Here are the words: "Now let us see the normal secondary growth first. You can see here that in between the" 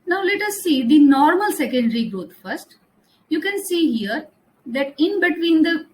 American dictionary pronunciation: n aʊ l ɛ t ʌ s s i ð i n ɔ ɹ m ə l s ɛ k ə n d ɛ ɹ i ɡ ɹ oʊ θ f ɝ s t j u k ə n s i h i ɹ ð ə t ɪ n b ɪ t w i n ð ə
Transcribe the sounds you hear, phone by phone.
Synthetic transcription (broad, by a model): n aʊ l ɛ t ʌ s s i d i n ɔ ɹ m ə l s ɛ k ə n d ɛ ɹ i ɡ ɹ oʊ t f ɝ s t j u k ə n s i h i ɹ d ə t ɪ n b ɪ t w i n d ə